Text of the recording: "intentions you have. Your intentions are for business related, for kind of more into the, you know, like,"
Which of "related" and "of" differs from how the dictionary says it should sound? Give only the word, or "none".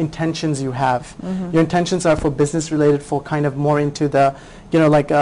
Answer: none